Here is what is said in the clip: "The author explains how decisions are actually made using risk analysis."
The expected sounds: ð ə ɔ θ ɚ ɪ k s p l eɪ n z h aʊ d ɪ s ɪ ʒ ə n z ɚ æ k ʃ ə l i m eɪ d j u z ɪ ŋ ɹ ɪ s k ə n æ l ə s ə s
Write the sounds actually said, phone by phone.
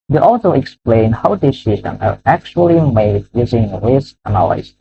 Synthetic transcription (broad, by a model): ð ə ɔ s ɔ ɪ k s p l eɪ n h aʊ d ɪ s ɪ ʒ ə n ɚ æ k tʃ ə l i m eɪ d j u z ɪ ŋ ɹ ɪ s ə n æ l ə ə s